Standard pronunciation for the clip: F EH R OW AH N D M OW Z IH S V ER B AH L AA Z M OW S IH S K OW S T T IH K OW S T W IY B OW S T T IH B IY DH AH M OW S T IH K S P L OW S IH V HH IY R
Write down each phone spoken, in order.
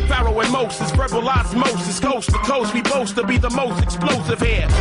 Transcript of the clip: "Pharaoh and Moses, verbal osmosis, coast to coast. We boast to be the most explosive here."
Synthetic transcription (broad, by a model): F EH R OW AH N M OW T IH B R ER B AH L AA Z M OW S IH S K OW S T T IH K OW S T W IY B OW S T T IH B IY DH AH M OW S T IH K S P L OW S IH V HH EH